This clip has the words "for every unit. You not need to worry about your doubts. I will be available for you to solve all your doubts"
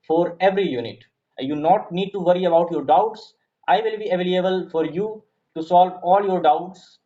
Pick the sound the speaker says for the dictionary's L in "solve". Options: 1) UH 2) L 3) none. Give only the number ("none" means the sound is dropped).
2